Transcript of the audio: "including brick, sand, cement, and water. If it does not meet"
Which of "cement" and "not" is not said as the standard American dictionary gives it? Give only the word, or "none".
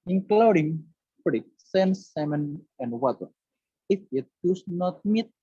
cement